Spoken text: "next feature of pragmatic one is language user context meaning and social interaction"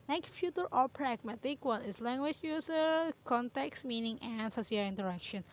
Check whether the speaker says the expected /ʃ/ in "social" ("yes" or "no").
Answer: no